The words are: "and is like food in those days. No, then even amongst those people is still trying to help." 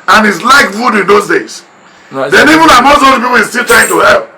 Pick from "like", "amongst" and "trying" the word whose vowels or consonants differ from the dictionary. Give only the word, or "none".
amongst